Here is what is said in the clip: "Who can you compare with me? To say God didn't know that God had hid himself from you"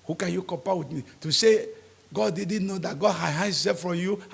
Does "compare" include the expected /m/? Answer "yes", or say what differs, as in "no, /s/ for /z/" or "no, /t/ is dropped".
no, /m/ is dropped